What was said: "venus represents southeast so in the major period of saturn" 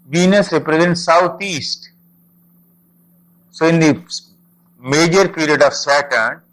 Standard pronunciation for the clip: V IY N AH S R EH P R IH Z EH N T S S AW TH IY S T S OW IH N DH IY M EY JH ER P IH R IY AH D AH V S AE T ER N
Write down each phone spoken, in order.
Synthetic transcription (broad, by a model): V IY N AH S R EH P R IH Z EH N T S S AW T IY S T S OW IH N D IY M EY JH ER P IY R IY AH D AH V S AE T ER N